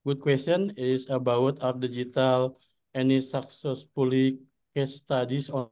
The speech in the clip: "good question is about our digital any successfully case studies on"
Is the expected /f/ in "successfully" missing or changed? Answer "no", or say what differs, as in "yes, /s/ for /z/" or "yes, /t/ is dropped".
yes, /p/ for /f/